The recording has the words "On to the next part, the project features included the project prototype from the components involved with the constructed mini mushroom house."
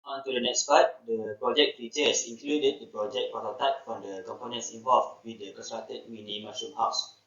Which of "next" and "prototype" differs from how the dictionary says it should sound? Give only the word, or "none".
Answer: prototype